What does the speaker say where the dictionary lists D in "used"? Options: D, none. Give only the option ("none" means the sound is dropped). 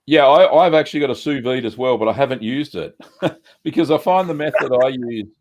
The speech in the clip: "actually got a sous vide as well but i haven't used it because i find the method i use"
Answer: D